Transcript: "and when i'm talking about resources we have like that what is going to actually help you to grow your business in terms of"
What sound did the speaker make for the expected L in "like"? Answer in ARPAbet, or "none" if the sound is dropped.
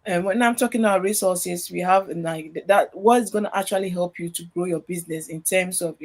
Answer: N